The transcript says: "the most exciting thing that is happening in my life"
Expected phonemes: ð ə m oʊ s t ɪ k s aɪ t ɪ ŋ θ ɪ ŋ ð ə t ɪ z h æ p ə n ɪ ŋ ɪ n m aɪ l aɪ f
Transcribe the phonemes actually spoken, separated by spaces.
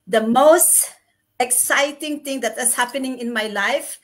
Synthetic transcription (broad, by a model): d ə m oʊ s t ɪ k s aɪ t ɪ ŋ t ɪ ŋ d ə t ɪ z h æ p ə n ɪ ŋ ɪ n m aɪ l aɪ f